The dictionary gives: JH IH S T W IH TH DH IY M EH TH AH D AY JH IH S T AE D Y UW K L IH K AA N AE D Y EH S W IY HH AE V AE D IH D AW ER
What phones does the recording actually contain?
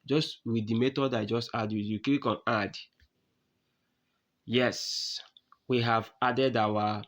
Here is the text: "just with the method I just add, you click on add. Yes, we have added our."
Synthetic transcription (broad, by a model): JH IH S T W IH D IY M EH T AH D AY JH IH S T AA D Y UW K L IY K AA N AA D Y EH S W IY HH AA V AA D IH D AW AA